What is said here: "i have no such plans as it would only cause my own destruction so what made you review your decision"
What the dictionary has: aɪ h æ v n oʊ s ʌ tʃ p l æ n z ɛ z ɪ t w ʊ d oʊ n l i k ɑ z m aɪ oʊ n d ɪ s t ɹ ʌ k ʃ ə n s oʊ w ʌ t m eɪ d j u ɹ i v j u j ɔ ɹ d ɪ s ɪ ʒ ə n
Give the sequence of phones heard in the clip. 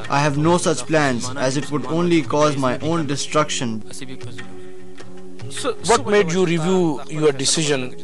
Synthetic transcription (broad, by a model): aɪ h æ v n oʊ s ʌ tʃ p l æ n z ɛ z ɪ t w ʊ d oʊ n l i k ɑ z m aɪ oʊ n d ɪ s t ɹ ʌ k ʃ ə n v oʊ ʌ t m eɪ d j u ɹ i v j u j ɔ ɹ d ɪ s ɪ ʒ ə n